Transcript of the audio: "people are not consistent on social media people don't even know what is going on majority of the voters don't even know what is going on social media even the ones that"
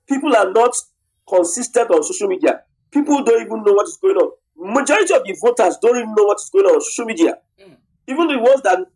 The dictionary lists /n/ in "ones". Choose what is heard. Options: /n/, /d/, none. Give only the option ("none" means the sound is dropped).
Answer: none